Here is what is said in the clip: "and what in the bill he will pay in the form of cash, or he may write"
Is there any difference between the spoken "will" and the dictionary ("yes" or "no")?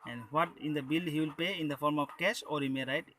no